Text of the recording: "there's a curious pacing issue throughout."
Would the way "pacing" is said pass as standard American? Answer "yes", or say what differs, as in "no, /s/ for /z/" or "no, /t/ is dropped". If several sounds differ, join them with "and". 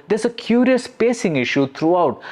yes